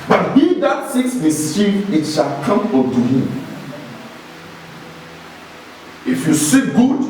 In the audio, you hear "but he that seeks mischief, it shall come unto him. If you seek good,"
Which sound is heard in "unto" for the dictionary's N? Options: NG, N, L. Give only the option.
L